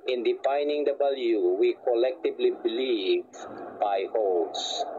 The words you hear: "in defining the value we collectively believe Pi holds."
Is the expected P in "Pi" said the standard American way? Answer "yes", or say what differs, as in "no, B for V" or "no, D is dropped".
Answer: no, B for P